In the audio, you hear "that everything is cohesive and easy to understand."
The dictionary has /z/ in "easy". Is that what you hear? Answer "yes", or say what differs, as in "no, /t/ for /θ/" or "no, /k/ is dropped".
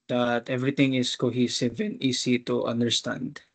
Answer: no, /s/ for /z/